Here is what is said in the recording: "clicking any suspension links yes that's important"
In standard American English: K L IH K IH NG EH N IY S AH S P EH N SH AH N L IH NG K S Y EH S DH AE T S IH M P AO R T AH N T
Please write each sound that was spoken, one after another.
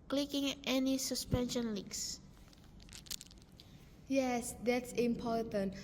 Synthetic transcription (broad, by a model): K L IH K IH NG EH N IY S AH S P EH N SH AH N L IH K S Y EH S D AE T S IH M P AO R T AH N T